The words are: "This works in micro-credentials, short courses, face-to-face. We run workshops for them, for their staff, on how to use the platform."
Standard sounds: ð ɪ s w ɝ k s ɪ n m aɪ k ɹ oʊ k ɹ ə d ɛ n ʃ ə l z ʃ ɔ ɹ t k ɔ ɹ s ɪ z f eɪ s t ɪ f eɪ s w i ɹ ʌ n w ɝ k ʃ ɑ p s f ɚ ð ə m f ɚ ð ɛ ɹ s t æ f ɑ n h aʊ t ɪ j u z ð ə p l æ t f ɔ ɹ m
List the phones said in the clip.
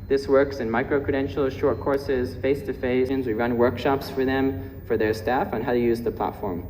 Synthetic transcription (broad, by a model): ð ɪ s w ɝ k s ɪ n m aɪ k ɹ oʊ k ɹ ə d ɛ n ʃ l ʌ ʃ ɔ ɹ t k ɔ ɹ s ɪ z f eɪ s t ɪ f eɪ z w i ɹ ʌ n w ɝ k ʃ ɑ p s f ɚ ð ə m f ɚ ð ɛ ɹ s t æ f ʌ n h aʊ t ɪ j u z ð ə p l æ t f ɔ ɹ m